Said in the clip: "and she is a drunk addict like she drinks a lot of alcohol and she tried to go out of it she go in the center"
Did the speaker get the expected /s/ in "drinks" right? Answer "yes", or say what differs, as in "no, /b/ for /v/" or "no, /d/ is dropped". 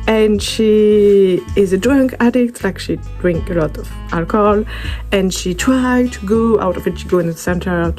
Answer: no, /s/ is dropped